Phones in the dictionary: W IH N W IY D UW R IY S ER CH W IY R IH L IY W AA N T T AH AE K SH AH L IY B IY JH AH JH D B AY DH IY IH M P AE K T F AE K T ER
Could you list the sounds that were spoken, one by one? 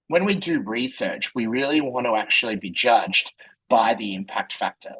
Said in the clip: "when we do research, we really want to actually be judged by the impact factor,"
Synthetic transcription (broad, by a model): W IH N W IY D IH R IY S ER CH W IY R IH L IY W AA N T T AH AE K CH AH L IY B IY JH AH JH D B AY DH IY IH M P AE K T F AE K T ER